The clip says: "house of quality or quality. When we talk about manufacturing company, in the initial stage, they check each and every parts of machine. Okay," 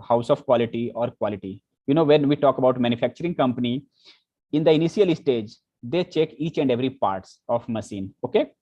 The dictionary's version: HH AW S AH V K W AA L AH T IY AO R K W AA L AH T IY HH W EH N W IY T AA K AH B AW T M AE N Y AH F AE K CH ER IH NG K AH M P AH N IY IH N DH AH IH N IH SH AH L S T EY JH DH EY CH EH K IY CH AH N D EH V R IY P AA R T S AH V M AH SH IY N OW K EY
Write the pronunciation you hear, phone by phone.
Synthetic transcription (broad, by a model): HH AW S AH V K W AA L AH T IY AO R K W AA L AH T IY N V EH N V IY T AA K AH B AW T M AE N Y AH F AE K CH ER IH NG K AH M P AH N IY IH N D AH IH N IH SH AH L S T EY JH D EY CH EH K IY CH AH N D EH V R IY P AA R T S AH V M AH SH IY N OW K EY